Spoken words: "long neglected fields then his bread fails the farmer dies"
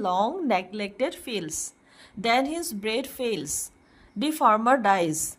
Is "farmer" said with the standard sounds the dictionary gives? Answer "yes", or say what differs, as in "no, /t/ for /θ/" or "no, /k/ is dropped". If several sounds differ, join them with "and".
yes